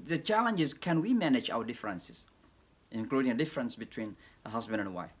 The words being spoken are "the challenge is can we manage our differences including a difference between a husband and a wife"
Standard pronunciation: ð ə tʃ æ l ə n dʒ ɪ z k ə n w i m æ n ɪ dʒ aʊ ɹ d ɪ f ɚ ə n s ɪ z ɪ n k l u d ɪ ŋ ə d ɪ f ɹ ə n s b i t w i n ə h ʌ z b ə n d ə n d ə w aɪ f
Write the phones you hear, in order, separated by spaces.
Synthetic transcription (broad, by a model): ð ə tʃ æ l ə n dʒ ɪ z k ə n w i m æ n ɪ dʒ aʊ w d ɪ f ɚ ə n s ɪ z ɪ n k l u d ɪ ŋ ə d ɪ f ɹ ə n s b i t w i n ə h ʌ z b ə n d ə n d ə w aɪ f